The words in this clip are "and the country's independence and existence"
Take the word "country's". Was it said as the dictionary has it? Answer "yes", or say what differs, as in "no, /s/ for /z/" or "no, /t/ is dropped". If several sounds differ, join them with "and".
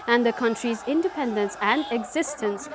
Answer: yes